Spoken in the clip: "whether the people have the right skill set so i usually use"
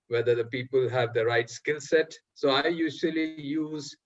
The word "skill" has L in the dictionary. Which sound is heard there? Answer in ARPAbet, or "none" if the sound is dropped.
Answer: L